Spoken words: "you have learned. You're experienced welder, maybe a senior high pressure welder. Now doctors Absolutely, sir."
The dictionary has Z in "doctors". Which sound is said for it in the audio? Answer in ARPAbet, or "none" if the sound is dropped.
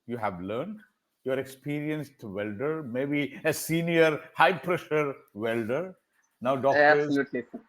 none